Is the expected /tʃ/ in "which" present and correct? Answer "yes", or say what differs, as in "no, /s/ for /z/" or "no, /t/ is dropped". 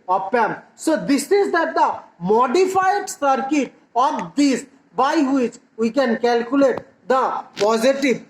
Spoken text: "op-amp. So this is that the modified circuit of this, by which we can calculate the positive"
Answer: yes